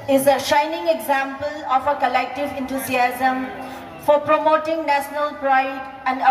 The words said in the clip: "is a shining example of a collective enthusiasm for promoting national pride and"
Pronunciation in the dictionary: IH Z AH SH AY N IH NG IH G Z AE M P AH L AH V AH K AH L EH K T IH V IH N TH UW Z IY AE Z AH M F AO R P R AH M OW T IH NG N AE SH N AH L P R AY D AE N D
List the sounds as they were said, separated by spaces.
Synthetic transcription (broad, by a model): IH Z AH SH AY N IH NG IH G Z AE M P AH L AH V AH K AH L EH K T IH V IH N T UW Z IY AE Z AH M F AO R P R AH M OW T IH NG N AE SH N AH L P R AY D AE N D